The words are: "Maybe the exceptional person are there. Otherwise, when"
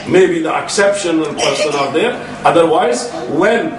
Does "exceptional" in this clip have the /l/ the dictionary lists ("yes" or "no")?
no